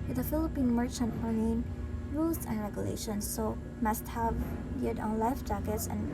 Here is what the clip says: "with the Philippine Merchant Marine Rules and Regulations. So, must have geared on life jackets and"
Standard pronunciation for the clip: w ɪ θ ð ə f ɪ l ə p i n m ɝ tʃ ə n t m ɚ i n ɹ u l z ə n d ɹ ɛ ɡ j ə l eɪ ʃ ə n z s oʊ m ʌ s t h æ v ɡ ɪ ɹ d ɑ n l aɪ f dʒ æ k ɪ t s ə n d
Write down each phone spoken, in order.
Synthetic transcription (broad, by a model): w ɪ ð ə f ɪ l ə p i n m ɝ tʃ ə n t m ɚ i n ɹ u l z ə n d ɹ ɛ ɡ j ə l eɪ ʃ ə n s oʊ m ʌ s t h æ v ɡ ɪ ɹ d ɑ n l aɪ f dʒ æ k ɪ t s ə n